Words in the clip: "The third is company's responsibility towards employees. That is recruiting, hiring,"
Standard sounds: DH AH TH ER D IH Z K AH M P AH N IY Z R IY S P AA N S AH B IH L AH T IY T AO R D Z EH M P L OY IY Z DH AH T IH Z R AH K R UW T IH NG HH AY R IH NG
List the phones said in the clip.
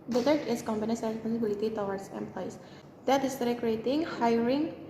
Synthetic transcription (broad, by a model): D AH T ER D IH S K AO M B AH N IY S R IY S P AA N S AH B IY L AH T IY T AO W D S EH M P L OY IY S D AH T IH S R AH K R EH T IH NG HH AY R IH NG